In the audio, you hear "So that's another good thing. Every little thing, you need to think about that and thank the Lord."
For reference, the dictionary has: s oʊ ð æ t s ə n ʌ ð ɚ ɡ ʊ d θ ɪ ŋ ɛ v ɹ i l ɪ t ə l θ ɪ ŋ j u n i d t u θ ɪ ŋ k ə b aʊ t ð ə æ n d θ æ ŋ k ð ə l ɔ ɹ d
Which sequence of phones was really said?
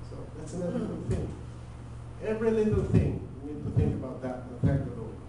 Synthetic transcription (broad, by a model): s oʊ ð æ t s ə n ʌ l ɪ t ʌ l θ ɪ ŋ ɛ v ɹ i l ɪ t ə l θ ɪ ŋ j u n i d t u θ ɪ ŋ k ə b aʊ t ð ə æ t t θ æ k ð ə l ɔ